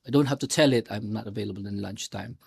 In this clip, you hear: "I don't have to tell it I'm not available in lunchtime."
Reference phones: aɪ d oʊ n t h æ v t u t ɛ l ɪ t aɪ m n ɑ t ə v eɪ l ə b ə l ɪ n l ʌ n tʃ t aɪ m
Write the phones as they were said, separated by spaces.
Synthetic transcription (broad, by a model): aɪ d oʊ n t h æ f t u t ɛ l ɪ t aɪ m n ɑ t ə v eɪ l ə b ə l ɪ n l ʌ n tʃ t aɪ m